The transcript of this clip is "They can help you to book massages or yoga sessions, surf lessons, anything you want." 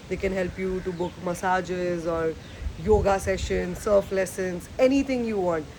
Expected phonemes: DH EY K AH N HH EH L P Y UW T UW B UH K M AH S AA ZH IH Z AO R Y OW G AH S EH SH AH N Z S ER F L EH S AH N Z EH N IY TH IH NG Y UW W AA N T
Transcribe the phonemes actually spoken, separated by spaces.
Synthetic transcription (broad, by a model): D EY K AH N HH EH L P Y UW T UW B UH K M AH S AA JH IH Z AO R Y OW G AH S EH SH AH N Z S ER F L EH S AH N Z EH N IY T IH NG Y UW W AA N T